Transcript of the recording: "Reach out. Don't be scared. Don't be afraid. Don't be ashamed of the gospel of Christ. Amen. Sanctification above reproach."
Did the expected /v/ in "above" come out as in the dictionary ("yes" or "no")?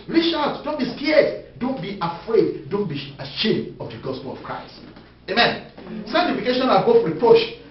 no